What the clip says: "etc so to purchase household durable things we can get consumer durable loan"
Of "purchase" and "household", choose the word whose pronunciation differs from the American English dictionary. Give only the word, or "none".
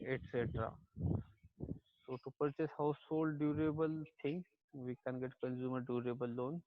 none